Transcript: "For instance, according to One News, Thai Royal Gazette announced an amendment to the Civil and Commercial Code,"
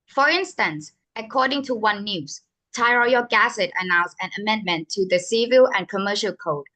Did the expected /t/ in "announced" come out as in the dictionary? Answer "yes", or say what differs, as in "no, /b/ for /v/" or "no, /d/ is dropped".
no, /t/ is dropped